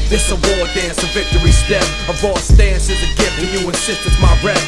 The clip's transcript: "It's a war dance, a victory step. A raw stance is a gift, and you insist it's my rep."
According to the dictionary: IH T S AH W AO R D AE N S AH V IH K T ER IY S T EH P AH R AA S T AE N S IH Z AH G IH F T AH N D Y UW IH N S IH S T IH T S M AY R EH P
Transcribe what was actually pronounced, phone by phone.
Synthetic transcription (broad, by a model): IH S AH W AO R D AE N S AH V IH K T ER IY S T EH AH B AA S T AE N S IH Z AH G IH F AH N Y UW IH N S IH S T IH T M AY R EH